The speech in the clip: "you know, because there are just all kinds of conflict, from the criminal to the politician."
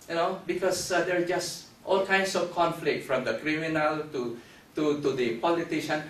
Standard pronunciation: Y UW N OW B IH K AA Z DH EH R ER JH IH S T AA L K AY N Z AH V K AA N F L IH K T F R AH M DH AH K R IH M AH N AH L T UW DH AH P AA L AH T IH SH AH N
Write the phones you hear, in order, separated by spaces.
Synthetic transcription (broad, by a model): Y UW N OW B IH K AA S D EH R JH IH S T AA L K AY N S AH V K AA N F L IH K T F R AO M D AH K R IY M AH N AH L T UW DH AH P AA L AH T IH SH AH N